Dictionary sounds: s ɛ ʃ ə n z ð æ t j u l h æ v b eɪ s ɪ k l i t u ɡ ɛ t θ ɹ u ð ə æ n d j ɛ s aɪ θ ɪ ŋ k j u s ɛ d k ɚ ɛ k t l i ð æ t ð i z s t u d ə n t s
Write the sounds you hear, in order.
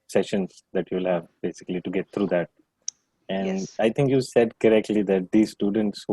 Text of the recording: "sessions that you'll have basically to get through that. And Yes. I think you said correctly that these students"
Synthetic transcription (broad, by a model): s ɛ ʃ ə n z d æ t j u l h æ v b eɪ s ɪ k l i t u ɡ ɛ t t ɹ u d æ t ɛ aɪ t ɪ ŋ k j u s ɛ d k ɚ ɛ k t l i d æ t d i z s t u d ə n t s